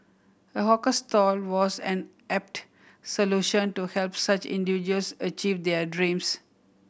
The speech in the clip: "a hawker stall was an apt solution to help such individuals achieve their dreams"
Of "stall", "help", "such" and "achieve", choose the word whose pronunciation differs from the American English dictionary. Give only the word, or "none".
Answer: none